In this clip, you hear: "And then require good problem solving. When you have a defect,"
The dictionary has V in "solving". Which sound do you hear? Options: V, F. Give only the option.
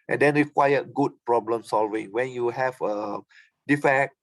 V